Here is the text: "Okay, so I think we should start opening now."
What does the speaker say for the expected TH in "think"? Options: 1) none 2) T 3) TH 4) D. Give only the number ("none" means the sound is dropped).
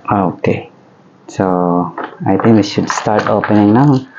2